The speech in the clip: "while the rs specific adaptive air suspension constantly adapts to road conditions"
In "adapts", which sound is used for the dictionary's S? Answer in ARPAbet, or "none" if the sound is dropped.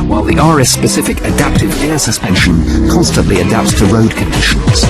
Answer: S